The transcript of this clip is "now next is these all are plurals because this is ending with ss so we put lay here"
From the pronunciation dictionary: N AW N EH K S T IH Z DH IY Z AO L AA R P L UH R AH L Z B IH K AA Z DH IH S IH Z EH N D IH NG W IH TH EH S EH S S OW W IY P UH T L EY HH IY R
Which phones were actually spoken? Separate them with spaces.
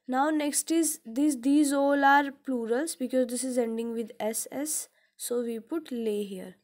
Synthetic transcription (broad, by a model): N AW N EH K S T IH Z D IY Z AO L AA R P L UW R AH L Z B IH K AA Z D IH S IH Z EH N D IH NG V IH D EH S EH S S OW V IY P UH T L EY HH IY R